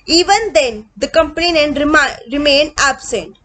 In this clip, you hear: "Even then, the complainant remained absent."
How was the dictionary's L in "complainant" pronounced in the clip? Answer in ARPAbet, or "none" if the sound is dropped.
N